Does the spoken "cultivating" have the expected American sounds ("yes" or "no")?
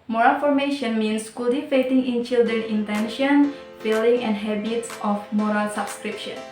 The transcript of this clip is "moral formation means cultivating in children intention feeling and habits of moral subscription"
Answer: no